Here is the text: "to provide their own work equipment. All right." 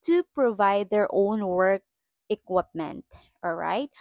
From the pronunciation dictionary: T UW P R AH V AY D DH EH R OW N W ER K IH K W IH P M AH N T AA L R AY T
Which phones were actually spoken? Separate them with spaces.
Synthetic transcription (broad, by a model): T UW P R AH V AY D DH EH R OW N W ER K IH K W IH P M AH N T AA L R AY T